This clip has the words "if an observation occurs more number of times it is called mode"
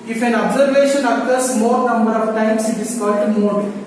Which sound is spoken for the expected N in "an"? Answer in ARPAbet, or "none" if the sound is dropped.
N